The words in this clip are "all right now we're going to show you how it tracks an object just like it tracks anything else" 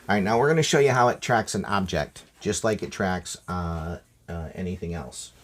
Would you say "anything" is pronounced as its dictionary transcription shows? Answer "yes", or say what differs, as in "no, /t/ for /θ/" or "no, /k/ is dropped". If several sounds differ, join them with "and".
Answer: yes